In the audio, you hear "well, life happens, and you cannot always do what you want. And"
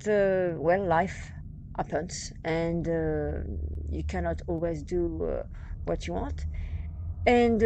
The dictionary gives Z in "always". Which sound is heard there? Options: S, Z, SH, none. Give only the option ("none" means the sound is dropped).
Z